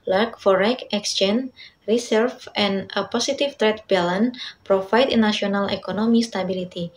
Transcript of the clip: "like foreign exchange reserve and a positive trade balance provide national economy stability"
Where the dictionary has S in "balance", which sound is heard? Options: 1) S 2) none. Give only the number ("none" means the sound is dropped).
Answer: 2